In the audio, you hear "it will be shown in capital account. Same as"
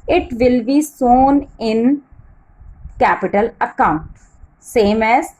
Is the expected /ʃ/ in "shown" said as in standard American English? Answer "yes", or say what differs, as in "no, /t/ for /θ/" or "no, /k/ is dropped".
no, /s/ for /ʃ/